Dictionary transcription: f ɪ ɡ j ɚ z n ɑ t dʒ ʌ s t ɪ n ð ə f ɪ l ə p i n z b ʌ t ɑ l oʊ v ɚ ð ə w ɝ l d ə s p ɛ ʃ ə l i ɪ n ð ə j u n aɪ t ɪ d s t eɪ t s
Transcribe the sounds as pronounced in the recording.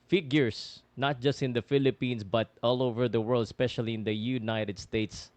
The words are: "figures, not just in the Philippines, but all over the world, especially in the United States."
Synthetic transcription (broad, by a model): f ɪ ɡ j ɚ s n ɑ t dʒ ʌ s t ɪ n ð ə f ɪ l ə p i n s b ʌ t ɑ l oʊ v ɚ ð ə w ɝ l d s p ɛ ʃ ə l i ɪ n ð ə j u n aɪ t ɪ d s t eɪ t s